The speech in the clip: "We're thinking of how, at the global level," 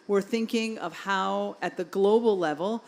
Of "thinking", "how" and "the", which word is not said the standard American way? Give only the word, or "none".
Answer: none